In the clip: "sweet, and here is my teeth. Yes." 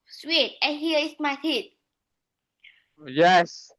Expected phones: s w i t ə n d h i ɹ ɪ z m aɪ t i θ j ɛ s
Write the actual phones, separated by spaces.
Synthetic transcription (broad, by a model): s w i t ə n h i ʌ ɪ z m aɪ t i t j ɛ s